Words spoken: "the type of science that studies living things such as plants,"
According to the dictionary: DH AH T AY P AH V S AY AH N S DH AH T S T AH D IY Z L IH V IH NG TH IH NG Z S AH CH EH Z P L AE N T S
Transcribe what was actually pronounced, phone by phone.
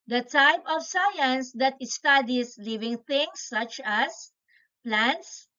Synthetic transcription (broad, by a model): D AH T AY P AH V S AY AH N S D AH T S T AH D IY S L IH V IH NG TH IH NG S AH CH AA S P L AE N T S